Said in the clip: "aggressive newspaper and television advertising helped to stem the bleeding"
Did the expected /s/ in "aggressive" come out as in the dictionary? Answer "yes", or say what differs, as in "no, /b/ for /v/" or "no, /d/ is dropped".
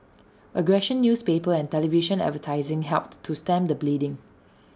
no, /ʃ/ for /s/